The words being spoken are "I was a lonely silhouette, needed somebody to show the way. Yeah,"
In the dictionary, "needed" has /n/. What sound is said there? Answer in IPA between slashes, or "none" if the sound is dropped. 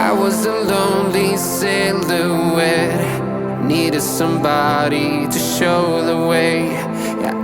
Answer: /n/